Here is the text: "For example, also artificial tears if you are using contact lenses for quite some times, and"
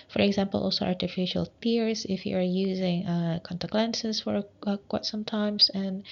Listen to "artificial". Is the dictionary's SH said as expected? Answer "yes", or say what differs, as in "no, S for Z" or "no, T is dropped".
yes